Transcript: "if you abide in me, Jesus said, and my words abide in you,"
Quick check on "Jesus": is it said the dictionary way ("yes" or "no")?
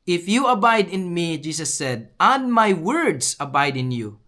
no